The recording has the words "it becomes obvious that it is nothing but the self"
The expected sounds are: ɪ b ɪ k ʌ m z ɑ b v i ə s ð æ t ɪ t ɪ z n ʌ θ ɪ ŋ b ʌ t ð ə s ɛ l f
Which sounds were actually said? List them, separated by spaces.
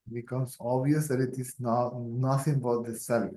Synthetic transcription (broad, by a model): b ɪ k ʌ m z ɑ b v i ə s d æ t ɪ t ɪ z n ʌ t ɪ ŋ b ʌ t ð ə s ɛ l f